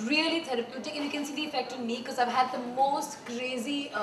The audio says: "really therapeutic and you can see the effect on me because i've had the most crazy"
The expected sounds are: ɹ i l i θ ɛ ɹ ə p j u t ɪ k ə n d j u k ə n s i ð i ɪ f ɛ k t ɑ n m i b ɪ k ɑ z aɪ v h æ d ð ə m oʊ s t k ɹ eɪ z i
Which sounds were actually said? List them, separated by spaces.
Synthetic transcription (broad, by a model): ɹ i l i t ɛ ɹ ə p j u t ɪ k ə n j u k ə n s i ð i ɪ f ɛ k t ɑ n m i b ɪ k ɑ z aɪ v h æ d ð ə m oʊ s t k ɹ eɪ z i